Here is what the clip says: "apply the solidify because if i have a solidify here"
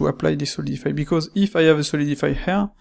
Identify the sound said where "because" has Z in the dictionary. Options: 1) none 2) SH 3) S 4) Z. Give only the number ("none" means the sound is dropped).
4